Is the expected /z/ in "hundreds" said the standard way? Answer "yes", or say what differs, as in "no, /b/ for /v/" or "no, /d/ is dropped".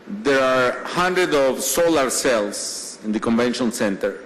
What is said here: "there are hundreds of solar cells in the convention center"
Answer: no, /z/ is dropped